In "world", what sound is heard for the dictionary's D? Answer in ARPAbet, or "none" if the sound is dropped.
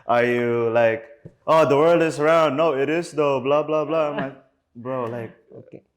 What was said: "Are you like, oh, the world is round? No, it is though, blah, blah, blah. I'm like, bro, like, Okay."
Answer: D